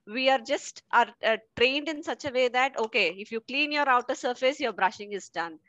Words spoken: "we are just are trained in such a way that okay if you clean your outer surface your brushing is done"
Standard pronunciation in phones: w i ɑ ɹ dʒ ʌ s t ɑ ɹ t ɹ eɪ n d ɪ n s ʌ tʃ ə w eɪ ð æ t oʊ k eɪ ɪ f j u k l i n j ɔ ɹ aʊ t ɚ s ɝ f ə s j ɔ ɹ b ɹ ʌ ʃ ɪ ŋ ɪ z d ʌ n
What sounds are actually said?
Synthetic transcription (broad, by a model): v i ɑ ɹ dʒ ʌ s t ɑ ɹ t ɹ eɪ n d ɪ n s ʌ tʃ ə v eɪ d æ t oʊ k eɪ ɪ f j u k l i n j ɔ ɹ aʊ t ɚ s ɝ f ə s j ɔ ɹ b ɹ ʌ ʃ ɪ ŋ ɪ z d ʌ n